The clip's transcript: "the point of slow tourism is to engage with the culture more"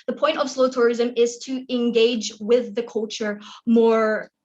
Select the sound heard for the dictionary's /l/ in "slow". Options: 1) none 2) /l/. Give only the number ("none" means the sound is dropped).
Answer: 2